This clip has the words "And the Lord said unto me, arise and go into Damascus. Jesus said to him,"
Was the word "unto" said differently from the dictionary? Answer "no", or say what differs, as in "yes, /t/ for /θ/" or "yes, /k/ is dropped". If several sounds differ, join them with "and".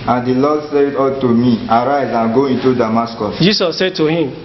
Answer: yes, /n/ is dropped